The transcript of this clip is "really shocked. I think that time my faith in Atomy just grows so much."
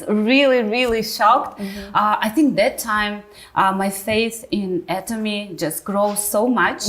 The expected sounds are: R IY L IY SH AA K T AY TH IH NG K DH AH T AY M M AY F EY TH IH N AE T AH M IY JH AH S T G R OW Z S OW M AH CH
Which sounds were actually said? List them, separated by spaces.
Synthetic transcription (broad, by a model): R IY L IY SH AA K T AY TH IH NG K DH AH T AY M M AY F EY TH IH N AE T AH M IY JH AH S T G R OW Z S OW M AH CH